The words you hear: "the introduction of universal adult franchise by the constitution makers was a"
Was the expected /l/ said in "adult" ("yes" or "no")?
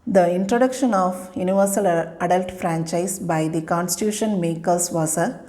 yes